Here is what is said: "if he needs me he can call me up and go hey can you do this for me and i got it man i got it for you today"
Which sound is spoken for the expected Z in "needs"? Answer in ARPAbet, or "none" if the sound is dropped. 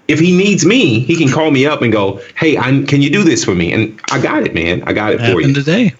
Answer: Z